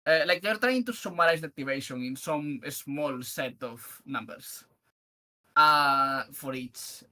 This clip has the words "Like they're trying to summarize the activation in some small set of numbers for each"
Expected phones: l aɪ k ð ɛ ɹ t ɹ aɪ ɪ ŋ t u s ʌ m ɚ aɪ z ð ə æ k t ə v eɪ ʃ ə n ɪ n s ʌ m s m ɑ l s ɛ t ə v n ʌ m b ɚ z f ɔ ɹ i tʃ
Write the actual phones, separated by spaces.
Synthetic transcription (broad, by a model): l aɪ k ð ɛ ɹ t ɹ aɪ ɪ ŋ t u s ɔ m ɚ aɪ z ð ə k t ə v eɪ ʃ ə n ɪ n s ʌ m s m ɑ l s ɛ t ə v n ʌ m b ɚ s f ɔ ɹ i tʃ